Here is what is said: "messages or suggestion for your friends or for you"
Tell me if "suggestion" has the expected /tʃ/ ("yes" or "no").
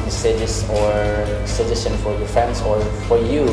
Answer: no